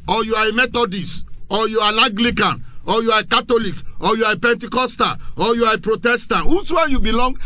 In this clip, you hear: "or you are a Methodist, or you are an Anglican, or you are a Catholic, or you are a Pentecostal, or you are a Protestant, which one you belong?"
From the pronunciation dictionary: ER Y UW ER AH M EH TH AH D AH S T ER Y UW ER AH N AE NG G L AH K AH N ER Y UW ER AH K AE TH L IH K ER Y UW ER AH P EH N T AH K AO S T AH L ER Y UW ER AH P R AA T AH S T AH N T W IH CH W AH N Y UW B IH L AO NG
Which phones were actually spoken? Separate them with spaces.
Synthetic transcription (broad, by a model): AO Y UW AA AH M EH T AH D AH S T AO Y UW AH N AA G L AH K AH N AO Y UW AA AH K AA T L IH K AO Y UW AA AH P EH N T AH K AO S T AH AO Y UW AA AH P R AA T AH S T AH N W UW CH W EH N Y UW B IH L AO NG